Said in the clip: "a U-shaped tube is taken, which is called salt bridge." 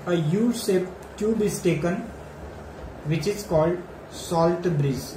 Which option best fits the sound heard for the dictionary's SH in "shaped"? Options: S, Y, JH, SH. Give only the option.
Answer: S